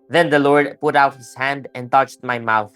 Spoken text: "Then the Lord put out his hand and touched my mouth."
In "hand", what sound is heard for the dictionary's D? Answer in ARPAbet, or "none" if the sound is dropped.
D